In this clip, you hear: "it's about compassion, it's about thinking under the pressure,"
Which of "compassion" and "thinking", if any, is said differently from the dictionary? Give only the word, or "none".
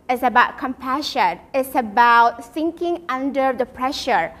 thinking